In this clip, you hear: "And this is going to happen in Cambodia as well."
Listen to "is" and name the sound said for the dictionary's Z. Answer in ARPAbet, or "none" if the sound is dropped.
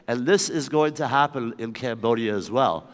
Z